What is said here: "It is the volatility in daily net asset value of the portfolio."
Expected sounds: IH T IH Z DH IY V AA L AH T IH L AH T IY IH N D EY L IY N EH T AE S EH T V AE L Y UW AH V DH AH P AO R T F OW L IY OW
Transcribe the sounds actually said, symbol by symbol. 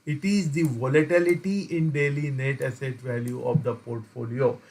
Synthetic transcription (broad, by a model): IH T IH Z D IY V AA L AH T IH L AH T IY IH N D EY L IY N EH T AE S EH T V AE L Y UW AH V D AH P AO R T F OW L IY OW